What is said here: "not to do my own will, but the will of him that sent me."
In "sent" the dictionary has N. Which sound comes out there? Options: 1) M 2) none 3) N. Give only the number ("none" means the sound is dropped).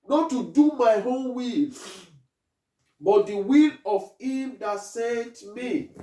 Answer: 2